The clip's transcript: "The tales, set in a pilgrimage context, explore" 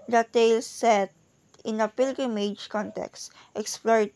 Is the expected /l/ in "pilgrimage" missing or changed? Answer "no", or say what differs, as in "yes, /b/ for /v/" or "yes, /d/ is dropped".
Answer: no